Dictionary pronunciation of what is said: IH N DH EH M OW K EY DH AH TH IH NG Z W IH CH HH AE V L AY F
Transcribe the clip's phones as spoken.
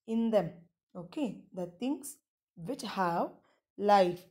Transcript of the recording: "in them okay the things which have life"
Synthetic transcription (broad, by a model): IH N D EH M OW K EY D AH T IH NG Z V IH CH HH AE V L AY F